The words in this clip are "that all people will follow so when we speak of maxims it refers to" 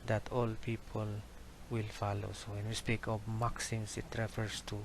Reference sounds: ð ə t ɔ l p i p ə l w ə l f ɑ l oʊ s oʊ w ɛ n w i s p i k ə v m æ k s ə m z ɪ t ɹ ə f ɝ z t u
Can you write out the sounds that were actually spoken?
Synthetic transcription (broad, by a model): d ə t ɔ l p i p ə l w ə l f ɑ l oʊ s oʊ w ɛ n w i s p i k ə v m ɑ k s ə m s ɪ t ɹ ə f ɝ s t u